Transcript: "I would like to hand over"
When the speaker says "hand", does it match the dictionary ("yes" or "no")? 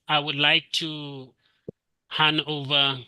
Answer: no